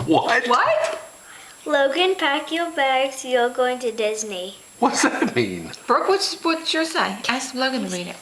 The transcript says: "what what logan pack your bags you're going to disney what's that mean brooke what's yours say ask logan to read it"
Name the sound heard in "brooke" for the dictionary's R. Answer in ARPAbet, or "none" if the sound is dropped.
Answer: W